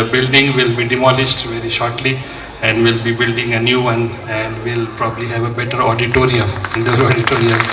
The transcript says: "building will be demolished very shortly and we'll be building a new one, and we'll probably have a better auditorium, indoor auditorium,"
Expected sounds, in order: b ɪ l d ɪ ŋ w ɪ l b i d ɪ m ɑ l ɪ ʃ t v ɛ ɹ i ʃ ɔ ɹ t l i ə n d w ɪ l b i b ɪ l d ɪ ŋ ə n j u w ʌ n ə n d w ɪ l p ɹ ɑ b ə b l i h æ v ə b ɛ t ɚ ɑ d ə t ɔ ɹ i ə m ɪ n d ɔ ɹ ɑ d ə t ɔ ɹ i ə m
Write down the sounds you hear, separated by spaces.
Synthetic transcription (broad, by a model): b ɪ l d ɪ ŋ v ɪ l b i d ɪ m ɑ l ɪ s t v ɛ ɹ i ʃ ɔ ɹ t l i ə n d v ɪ l b i b ɪ l d ɪ ŋ ə n j u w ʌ n ə n d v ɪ l p ɹ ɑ b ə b l i h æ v ə b ɛ t ɚ ɑ d ə t ɔ ɹ i ə m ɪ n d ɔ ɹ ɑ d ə t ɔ ɹ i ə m